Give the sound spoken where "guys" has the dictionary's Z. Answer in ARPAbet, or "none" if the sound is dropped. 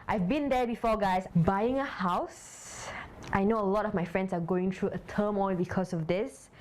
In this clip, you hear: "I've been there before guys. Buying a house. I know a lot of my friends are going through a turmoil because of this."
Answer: S